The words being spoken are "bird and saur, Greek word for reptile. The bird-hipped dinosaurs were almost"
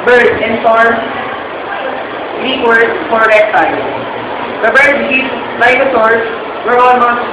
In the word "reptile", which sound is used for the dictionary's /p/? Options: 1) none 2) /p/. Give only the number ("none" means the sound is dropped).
1